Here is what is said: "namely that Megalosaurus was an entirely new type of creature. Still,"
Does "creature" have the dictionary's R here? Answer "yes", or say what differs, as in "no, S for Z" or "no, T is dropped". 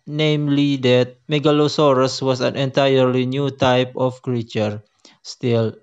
yes